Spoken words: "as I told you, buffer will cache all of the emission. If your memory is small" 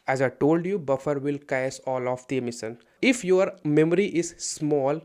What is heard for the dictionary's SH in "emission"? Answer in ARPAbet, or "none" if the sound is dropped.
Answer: S